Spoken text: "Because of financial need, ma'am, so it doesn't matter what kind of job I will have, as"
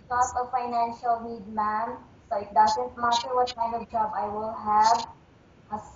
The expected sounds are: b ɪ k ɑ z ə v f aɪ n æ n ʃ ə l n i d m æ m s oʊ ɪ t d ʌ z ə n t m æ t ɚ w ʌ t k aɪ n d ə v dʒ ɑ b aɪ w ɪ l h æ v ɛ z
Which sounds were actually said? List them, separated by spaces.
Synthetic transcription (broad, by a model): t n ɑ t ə f aɪ n æ n ʃ ə l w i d m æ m s oʊ ɪ t d ʌ z ə n t m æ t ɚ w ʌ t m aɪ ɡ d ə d dʒ ɑ b aɪ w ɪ l h æ v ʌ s